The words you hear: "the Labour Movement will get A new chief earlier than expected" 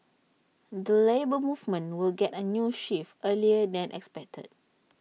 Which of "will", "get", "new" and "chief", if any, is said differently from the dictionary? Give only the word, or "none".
chief